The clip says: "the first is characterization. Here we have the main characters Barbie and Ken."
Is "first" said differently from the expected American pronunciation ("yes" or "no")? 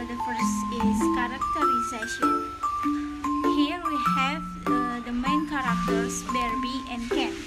yes